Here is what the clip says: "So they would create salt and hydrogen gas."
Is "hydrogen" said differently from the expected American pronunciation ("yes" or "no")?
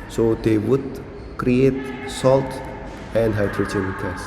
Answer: yes